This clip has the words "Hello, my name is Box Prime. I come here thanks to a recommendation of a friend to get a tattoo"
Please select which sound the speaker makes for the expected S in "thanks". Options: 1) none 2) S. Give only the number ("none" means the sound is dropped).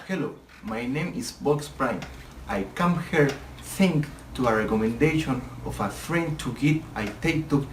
1